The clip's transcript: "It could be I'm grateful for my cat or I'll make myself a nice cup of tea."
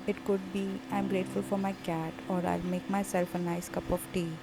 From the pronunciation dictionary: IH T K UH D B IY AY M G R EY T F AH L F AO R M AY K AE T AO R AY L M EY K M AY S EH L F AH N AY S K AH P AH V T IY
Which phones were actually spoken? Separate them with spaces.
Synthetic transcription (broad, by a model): IH T K UH D B IY AY M G R EY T F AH L F AO R M AY K AE T AO R AY L M EY K M AY S EH L F AH N AY S K AH P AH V T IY